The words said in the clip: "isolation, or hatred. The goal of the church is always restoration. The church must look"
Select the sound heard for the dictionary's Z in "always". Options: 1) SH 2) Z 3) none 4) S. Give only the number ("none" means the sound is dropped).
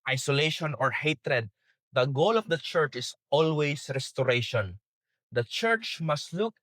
4